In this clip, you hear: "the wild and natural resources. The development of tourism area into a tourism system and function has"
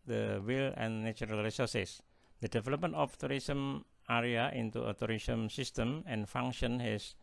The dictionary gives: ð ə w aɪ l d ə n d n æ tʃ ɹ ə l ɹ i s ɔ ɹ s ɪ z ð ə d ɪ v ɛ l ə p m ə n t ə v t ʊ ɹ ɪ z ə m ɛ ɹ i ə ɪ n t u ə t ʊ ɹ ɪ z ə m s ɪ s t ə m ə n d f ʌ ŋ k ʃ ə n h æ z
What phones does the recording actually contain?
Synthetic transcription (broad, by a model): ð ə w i l ə n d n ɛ tʃ ɹ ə l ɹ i s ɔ s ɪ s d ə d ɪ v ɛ l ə p m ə n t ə f t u ɹ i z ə m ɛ ɹ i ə ɪ n t u ə t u ɹ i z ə m s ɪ s t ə m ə n f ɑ ŋ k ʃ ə n h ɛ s